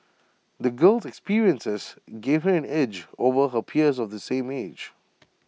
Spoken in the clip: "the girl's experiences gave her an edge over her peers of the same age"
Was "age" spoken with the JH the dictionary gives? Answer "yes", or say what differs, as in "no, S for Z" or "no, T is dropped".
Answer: yes